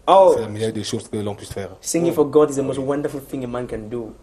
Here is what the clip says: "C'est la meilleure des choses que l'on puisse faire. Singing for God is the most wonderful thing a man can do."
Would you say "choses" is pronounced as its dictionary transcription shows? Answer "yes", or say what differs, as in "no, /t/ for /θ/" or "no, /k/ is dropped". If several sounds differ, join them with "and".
no, /ʃ/ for /tʃ/